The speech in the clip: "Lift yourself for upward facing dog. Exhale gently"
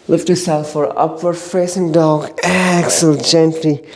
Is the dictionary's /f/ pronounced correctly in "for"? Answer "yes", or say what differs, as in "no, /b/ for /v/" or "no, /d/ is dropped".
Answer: yes